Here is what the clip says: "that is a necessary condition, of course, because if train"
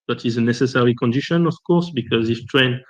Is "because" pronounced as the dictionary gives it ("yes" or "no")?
yes